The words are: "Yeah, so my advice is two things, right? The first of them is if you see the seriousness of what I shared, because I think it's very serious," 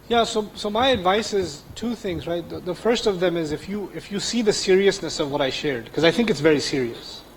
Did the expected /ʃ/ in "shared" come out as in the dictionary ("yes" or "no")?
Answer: yes